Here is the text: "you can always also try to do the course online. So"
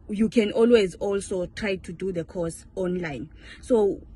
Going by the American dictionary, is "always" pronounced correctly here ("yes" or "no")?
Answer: yes